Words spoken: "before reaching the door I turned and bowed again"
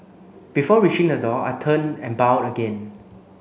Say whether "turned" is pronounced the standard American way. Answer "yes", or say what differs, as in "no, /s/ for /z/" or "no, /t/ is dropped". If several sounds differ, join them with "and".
no, /d/ is dropped